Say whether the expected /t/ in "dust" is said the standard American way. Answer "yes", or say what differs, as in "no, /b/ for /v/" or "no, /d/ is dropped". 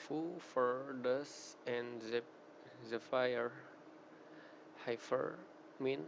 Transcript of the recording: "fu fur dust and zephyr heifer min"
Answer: no, /t/ is dropped